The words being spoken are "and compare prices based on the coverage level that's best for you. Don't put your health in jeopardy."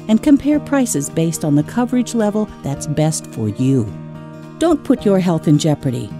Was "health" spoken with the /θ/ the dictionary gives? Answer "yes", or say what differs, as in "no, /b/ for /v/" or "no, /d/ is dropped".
yes